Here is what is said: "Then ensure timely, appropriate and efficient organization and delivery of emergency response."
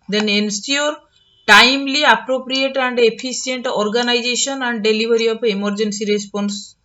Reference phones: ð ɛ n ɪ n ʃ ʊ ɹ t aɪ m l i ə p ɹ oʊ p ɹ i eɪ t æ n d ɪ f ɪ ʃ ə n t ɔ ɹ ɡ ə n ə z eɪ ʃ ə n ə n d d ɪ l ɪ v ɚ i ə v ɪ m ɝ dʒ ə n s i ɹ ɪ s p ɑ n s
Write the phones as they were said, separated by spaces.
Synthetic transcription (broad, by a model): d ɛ n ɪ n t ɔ ɹ t aɪ m l i ə p ɹ oʊ p ɹ i eɪ t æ n d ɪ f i s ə n t ɔ ɹ ɡ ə n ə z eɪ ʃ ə n ə n d d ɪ l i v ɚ i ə p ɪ m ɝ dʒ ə n s i ɹ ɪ s p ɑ n s